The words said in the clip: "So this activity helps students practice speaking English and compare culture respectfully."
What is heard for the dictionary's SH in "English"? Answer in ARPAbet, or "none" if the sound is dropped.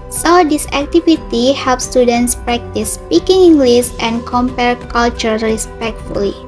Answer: S